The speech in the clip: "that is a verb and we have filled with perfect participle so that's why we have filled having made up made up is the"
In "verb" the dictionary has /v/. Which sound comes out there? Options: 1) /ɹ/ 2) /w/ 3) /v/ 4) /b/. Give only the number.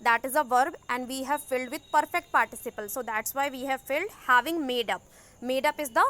3